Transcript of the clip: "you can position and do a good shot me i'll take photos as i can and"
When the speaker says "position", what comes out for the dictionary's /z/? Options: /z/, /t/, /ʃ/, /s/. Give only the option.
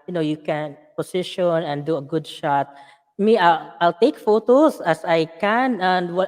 /s/